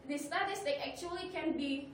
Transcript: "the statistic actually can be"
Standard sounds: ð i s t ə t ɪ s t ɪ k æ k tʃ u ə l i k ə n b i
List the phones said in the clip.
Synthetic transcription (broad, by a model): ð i s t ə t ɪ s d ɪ æ k tʃ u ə l i k ə n b i